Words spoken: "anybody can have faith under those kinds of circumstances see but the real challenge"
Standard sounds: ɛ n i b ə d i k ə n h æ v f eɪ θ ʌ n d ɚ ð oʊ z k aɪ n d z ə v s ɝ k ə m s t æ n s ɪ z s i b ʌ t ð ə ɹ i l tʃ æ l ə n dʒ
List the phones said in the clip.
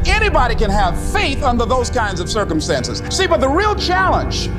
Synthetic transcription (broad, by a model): ɛ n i b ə d i k ə n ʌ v f eɪ θ ʌ n d ɚ ð oʊ z k aɪ n d z ə v s ɝ k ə m s t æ n s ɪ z s i b ʌ t ð ə ɹ i l tʃ æ l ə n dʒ